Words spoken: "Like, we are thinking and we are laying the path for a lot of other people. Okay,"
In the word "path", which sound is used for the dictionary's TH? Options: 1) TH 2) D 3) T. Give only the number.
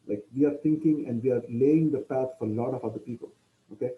3